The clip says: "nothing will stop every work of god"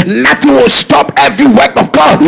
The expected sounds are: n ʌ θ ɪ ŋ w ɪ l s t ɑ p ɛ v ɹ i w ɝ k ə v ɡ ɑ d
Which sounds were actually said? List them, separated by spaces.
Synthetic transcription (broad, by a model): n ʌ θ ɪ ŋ w ɪ l s t ɑ p ɛ v ɹ i w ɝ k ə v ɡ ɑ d